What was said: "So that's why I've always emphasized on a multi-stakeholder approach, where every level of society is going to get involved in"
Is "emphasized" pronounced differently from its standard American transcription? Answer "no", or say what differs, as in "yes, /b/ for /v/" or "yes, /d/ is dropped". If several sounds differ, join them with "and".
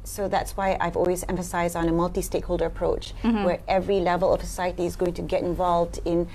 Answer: no